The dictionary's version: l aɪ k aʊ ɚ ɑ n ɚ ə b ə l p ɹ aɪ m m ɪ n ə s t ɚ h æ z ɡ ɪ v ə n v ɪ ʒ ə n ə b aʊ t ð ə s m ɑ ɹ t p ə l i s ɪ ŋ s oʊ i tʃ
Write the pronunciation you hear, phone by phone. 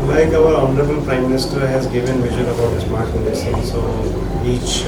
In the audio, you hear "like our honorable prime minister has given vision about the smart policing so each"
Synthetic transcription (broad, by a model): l aɪ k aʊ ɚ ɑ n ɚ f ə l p ɹ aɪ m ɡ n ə s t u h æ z ɡ ɪ v ə n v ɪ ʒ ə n ə b aʊ t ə s m ɑ ɹ t f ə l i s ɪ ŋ s oʊ i tʃ